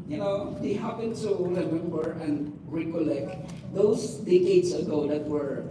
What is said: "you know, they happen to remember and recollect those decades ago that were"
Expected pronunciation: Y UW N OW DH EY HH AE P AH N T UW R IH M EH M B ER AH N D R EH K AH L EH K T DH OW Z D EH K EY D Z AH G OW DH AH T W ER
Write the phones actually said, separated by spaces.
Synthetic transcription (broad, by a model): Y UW N OW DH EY HH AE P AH N T UW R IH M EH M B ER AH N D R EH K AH L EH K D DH OW S D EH K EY D S AH G OW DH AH T W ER